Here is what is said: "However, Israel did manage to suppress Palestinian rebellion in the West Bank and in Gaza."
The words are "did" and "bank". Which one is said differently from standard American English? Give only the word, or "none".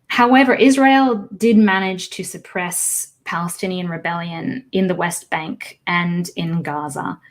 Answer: none